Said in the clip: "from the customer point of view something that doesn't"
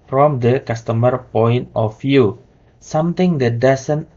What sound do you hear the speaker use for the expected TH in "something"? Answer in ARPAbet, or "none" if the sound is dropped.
T